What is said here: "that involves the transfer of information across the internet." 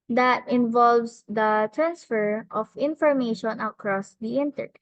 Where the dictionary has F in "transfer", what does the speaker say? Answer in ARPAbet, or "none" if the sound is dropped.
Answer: F